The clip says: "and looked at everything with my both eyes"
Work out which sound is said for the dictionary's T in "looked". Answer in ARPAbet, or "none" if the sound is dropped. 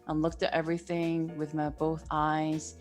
T